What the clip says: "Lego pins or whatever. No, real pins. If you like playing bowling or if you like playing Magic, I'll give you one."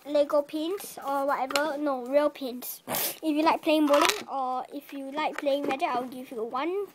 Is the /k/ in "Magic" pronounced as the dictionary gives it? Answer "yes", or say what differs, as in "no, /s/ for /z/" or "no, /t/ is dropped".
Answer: no, /k/ is dropped